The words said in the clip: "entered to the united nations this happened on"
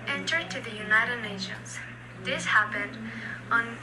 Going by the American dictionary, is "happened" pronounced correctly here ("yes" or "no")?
yes